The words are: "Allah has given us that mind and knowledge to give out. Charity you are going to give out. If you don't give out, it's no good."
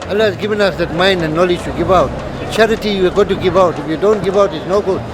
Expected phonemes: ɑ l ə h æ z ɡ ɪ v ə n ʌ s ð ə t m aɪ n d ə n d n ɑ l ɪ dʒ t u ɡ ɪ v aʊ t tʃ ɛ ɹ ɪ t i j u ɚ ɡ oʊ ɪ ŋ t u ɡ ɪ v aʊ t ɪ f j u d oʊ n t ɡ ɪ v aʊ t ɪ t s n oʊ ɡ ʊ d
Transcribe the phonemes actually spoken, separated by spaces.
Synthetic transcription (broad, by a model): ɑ l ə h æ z ɡ ɪ v ə n ʌ s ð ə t m aɪ n d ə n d n ɑ l ɪ dʒ t u ɡ ɪ v aʊ t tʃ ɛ ɹ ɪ t i j u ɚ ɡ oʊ t u ɡ ɪ v aʊ t ɪ f j u d oʊ n t ɡ ɪ v aʊ t ɪ t s n oʊ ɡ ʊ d